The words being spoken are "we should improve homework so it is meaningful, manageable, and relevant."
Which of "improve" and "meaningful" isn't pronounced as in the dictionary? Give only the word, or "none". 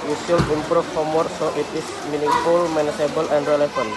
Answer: improve